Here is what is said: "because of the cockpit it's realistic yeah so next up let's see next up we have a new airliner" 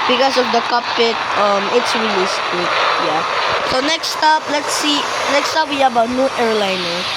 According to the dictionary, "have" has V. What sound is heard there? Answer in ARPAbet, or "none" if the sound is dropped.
B